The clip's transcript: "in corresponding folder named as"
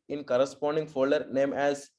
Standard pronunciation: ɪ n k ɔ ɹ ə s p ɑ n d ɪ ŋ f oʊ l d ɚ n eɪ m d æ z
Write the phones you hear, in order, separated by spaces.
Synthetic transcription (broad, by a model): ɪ n k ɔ ɹ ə s p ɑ n d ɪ ŋ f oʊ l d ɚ n eɪ m æ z